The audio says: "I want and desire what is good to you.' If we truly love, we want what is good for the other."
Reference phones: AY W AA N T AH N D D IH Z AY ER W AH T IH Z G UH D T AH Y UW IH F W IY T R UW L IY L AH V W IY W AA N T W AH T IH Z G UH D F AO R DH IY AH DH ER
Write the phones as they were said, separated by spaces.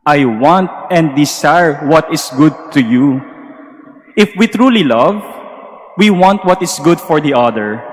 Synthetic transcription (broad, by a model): AY W AA N T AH N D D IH S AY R W AH T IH S G UH D T AH Y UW IH F W IY T R UW L IY L AH V W IY W AA N T W AH T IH S G UH D F AO R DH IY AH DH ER